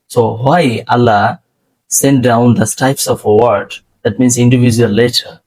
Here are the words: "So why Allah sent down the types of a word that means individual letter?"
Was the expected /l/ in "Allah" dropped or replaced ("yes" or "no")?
no